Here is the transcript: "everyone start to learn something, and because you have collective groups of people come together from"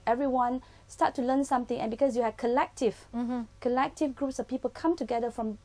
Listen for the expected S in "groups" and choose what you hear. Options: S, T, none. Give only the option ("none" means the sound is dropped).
S